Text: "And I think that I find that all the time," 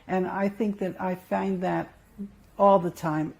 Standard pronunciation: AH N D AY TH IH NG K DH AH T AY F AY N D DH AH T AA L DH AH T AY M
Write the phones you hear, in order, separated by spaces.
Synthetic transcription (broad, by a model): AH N AY TH IH NG K DH AH T AY F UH N DH AH T AA L DH AH T AY M